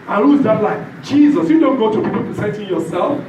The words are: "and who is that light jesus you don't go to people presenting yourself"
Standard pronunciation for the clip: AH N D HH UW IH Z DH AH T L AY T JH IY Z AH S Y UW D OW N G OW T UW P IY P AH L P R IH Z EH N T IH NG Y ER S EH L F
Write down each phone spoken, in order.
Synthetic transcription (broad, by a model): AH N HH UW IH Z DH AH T L AY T JH IY Z AH S Y UW D OW N G OW T UW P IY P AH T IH S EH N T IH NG Y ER S EH L F